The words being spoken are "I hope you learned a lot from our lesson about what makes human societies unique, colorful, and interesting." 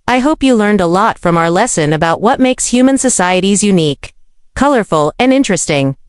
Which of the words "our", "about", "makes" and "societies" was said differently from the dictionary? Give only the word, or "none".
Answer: none